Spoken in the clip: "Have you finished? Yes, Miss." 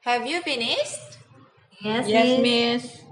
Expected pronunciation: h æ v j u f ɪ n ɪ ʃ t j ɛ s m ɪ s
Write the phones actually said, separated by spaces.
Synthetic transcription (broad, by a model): h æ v j u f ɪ n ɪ s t j ɛ s m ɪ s